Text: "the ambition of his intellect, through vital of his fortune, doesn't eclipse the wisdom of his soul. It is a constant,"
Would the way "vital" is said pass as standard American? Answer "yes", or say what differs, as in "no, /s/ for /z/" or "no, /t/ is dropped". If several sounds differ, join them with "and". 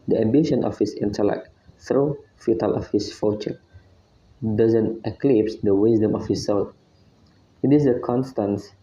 no, /f/ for /v/